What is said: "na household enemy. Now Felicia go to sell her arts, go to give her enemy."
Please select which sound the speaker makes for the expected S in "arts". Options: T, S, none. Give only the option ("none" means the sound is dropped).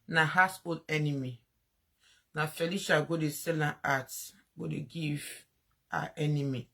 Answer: none